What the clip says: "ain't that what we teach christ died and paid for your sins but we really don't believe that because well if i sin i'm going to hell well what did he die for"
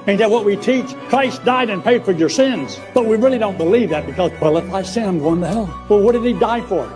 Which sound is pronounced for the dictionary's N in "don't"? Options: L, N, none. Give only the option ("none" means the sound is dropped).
N